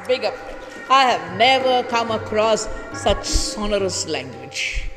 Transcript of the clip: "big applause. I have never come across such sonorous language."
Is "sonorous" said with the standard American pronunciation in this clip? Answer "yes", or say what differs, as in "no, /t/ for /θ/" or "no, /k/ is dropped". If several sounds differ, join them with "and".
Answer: yes